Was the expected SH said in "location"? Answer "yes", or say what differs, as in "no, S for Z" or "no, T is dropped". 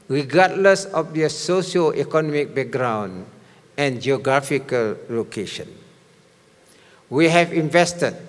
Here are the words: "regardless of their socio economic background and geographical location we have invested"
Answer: yes